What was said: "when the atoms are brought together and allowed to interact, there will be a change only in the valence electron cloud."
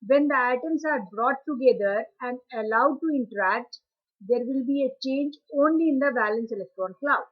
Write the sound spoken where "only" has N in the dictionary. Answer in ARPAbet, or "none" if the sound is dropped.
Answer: N